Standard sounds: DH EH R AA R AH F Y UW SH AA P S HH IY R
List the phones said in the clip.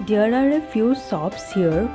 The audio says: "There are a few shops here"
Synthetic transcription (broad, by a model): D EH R AA R AH F Y UW S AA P S HH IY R